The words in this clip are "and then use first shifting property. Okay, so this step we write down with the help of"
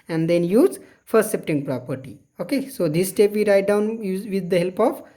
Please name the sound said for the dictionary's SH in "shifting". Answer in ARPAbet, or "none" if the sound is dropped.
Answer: S